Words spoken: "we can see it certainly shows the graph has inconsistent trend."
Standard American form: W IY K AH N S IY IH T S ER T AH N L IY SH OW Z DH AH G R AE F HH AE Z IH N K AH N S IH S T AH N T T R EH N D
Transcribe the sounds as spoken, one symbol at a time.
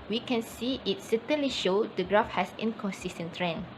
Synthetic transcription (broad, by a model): W IY K AH N S IY IH T S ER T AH N L IY SH OW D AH G R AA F HH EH S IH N K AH N S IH S T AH N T T R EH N